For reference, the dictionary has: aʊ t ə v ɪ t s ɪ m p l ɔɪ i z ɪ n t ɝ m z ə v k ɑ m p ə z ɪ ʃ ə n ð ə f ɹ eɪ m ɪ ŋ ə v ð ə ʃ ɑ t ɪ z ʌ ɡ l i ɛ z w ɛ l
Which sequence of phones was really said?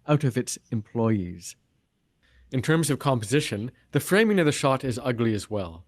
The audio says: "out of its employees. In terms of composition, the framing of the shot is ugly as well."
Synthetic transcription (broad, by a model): aʊ t ə v ɪ t s ɪ m p l ɔɪ i z ɪ n t ɝ m z ə v k ɑ m p ə z ɪ ʃ ə n ð ə f ɹ eɪ m ɪ ŋ ə v ð ə ʃ ɑ t ɪ z ʌ ɡ l i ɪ z w ɛ l